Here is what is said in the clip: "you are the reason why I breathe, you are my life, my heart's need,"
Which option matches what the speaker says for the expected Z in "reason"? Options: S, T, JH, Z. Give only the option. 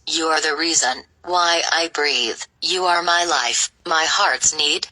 Z